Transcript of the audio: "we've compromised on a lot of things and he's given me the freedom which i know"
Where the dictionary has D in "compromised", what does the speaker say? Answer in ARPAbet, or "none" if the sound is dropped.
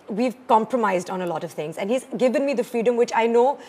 D